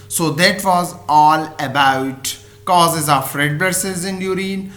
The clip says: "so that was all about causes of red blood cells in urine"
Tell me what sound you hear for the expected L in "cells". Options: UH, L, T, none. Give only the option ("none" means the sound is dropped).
none